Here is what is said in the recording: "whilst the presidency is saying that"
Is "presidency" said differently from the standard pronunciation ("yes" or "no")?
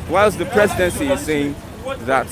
no